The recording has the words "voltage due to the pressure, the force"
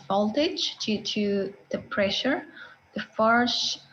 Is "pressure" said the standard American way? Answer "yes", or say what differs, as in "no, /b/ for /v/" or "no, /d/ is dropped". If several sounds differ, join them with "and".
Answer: yes